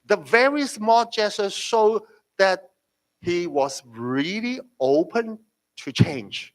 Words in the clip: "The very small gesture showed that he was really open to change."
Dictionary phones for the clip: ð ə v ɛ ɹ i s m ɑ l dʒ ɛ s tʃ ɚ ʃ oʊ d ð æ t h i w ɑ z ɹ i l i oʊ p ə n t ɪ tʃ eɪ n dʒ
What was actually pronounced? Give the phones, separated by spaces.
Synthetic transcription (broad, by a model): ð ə v ɛ ɹ i s m ɑ l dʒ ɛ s ɚ ʃ oʊ d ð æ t h i w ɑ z ɹ i l i oʊ p ə n t ɪ tʃ eɪ n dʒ